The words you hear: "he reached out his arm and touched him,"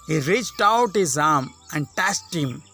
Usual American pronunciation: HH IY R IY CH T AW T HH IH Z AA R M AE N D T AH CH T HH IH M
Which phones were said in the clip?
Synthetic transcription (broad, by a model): HH IY R IY CH T AW T HH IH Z AA R M AE N D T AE S T HH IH M